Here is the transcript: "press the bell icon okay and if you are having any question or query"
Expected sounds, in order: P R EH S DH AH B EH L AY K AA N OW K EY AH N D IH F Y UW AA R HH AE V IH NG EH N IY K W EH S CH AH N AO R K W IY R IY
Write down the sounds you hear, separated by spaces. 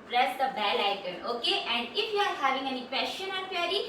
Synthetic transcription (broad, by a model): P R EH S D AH B EH L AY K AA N OW K EY AH N D IH F Y UW AA R HH AE V IH NG EH N IY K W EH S SH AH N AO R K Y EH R IY